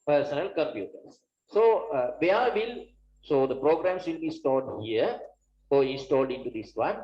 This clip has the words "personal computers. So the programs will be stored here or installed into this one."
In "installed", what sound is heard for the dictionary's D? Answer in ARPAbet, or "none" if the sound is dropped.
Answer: D